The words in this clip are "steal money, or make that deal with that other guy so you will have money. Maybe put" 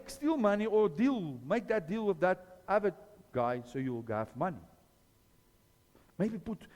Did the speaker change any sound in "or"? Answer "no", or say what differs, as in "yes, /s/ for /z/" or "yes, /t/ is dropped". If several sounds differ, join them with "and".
yes, /l/ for /ɹ/